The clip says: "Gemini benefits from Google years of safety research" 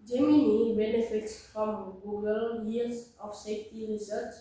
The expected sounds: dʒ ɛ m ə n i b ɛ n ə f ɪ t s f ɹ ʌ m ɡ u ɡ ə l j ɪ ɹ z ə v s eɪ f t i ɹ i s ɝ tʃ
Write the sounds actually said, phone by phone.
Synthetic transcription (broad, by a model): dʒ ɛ m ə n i b ɛ n ə f ɪ t s f ɹ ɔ m ɡ u ɡ ə l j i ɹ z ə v s eɪ f t i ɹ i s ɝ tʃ